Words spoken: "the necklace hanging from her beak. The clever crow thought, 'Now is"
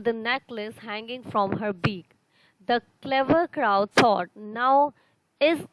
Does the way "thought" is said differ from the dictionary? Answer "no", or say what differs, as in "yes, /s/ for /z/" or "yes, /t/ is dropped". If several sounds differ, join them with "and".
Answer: yes, /s/ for /θ/